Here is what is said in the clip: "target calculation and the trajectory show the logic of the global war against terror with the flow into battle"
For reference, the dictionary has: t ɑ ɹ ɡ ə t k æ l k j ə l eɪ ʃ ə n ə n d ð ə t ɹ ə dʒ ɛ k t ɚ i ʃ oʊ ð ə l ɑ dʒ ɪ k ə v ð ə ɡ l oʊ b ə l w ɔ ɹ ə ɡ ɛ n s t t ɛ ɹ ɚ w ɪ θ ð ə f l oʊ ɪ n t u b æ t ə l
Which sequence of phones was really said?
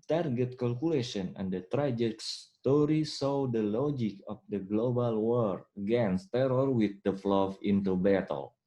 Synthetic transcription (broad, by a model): t ɑ ɹ ɡ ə t k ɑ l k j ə l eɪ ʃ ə n ə n d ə t ɹ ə dʒ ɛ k t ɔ i s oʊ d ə l ɑ dʒ ɪ k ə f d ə ɡ l oʊ b ə l w ɔ ɹ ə ɡ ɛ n s t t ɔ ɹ w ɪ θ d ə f l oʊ ɪ n t u b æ t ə l